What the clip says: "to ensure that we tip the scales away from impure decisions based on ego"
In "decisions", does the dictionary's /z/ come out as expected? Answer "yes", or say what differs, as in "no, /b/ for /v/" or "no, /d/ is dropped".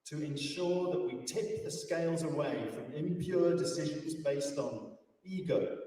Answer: yes